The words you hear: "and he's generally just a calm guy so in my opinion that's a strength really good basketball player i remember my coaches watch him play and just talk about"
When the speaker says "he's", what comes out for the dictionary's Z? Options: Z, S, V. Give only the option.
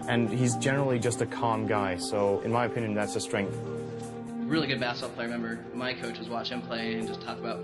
Z